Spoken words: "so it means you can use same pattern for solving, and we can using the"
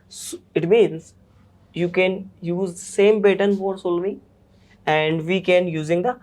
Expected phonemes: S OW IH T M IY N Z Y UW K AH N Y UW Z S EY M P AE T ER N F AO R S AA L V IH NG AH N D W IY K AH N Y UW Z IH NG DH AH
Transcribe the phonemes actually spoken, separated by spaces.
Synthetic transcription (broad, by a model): S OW IH T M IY N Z Y UW K AH N Y UW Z S EY M B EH T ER N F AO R S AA L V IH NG AH N D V IY K AH N Y UW Z IH NG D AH